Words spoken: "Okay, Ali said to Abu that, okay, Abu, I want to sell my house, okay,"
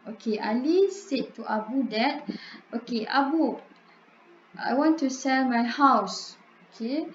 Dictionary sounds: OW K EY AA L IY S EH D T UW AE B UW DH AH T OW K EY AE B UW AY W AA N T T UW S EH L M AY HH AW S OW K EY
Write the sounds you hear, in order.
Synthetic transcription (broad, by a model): OW K EY AA L IY S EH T T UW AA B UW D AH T OW K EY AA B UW AY W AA N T T UW S EH L M AY HH AW S OW K EY